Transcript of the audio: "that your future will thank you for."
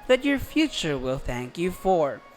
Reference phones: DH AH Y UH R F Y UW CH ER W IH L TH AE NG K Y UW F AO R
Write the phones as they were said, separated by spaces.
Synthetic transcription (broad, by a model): DH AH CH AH R F Y UW CH ER W IH L TH AE NG K Y UW F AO R